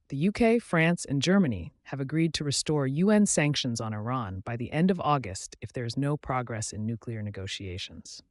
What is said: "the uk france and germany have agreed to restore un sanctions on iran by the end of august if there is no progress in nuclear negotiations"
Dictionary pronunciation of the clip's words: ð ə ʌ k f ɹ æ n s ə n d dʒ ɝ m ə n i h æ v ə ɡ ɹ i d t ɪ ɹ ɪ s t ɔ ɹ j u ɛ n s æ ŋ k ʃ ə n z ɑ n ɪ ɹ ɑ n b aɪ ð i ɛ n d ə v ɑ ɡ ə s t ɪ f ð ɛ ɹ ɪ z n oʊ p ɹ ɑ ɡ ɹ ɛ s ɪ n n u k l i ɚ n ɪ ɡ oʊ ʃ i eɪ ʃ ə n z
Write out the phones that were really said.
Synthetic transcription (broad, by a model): ð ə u k f ɹ æ n s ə n dʒ ɝ m ə n i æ v ə ɡ ɹ i d t ɪ ɹ ɪ s t ɔ ɹ j u ɛ n s æ ŋ k ʃ ə n z n ɪ ɹ ɑ n b aɪ ð i ɛ n d ə v ɑ ɡ ə s t ɪ f ð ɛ ɹ ɪ z n oʊ p ɹ ɑ ɡ ɹ ɛ s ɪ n n u k l i ɚ n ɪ ɡ oʊ ʃ i eɪ ʃ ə n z